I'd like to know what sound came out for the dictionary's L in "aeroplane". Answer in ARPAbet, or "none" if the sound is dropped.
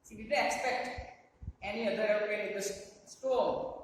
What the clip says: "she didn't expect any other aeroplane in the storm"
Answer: none